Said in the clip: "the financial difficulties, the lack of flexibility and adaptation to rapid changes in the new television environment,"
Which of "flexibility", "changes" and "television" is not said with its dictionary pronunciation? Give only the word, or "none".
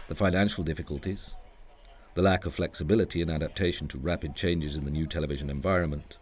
none